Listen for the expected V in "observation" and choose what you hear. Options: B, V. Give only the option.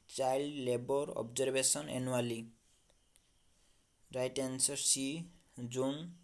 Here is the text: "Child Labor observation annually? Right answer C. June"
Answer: B